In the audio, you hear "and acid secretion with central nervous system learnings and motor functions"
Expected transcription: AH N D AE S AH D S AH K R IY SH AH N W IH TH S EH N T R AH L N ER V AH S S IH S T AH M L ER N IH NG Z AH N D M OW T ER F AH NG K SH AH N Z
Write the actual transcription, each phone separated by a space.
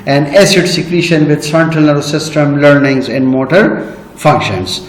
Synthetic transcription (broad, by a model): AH N D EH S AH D S AH K R IY SH AH N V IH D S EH N T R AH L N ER AH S S IH S T AH M L ER N IH NG Z AH N D M OW T ER F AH NG K SH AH N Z